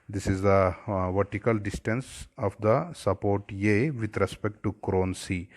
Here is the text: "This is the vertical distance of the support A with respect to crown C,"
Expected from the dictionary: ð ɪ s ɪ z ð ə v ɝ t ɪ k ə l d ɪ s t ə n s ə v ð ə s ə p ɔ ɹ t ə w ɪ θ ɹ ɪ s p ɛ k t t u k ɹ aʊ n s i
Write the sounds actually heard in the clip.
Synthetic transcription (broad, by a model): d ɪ s ɪ z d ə v ɝ t ɪ k ə l d ɪ s t ə n s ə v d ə s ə p ɔ ɹ t ə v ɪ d ɹ ɪ s p ɛ k t t u k ɹ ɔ n s i